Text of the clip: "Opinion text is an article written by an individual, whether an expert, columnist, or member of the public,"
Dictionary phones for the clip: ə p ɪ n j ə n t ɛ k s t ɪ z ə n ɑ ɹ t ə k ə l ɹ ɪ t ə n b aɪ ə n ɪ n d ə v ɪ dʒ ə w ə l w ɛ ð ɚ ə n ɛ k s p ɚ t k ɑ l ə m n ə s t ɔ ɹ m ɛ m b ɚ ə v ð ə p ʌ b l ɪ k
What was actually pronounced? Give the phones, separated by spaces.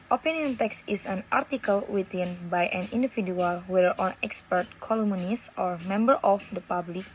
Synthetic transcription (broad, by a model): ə p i n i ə n t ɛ k s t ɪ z ə n ɑ ɹ t ə k ə l w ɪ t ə n b aɪ ə n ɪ n d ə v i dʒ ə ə l w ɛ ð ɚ ə n ɛ k s p ɚ t k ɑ l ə m n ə s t ɔ ɹ m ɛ m b ɚ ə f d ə p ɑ b l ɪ k